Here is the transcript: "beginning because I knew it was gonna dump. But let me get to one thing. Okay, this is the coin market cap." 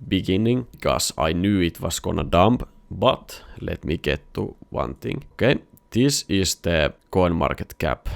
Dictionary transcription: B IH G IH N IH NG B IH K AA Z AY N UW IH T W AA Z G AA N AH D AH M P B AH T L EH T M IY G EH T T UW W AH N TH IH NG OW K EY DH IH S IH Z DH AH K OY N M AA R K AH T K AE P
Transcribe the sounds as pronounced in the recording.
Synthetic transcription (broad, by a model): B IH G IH N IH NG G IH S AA IH N UW IH T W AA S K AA N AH D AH M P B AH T L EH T M IY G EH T T UW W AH N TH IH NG OW K EY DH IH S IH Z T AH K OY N M AA R K AH T K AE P